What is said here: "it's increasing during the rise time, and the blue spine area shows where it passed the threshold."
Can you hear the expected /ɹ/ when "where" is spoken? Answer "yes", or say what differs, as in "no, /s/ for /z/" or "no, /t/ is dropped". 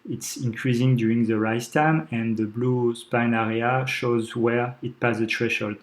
yes